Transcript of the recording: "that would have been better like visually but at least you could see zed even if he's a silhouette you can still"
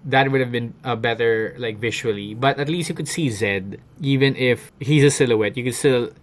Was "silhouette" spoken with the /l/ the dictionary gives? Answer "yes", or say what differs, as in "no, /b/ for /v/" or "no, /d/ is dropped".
yes